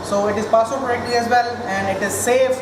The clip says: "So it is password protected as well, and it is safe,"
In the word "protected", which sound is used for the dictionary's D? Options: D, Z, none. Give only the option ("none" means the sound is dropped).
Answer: none